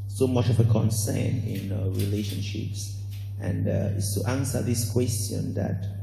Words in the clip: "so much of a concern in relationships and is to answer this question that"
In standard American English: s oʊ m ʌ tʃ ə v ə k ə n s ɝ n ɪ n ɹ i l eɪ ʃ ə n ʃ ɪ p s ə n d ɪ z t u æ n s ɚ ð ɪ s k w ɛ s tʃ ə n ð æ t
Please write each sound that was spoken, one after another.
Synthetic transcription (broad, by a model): s oʊ m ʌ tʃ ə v ə k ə n s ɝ n ɪ n ɹ i l eɪ ʃ ə n ʃ ɪ p s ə n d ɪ s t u æ n s ɚ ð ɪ s k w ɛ s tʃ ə n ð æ t